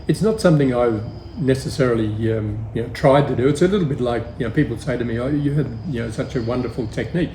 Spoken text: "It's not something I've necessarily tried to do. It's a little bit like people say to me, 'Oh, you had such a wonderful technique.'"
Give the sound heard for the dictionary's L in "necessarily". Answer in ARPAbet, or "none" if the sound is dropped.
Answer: N